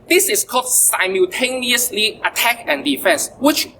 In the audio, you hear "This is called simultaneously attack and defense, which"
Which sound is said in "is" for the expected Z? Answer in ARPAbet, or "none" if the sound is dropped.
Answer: S